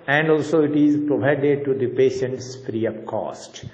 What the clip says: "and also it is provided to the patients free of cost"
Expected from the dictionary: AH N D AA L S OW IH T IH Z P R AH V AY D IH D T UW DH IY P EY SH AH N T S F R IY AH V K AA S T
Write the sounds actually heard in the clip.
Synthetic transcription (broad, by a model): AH N D AA L S OW IH T IH Z P R AH V AY D IH D T UW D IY P EY SH AH N T S F R IY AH P K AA S T